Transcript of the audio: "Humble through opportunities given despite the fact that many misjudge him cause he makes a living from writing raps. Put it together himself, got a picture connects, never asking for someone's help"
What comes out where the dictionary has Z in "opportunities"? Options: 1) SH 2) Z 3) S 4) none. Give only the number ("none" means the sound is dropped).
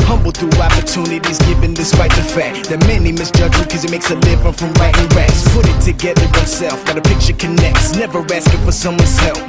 2